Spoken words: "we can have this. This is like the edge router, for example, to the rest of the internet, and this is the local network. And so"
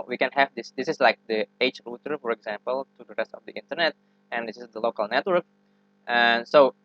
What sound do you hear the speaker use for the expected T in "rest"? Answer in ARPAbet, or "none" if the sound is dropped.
T